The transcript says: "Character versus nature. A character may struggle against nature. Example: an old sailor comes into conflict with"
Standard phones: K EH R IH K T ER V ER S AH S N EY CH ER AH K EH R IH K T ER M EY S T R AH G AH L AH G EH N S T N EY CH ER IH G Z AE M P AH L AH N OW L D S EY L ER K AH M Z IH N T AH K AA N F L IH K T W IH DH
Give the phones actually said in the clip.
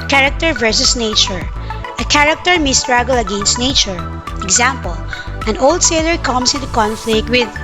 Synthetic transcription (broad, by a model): K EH R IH K T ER V ER S AH S N EY CH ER AH K EH R IH K T ER M EY S T R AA G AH L AH G EH N S T N EY CH ER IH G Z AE M P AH L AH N OW L D S EY L ER K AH M S IH N T AH K AA N F L IH K T W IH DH